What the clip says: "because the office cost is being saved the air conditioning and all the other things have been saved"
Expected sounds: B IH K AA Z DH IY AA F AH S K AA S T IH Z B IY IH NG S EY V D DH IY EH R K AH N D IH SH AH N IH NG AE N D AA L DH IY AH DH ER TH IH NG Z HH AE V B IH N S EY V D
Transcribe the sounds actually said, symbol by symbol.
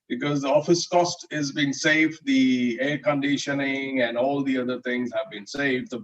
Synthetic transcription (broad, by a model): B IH K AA Z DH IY AA F AH S K AA S T IH Z B IY IH NG S EY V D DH IY EH R K AH N D IH SH AH N IH NG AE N D AA L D IY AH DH ER T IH NG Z HH AE V B IH N S EY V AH